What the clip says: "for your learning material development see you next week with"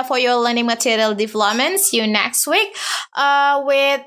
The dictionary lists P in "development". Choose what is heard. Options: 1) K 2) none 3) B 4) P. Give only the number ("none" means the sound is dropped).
2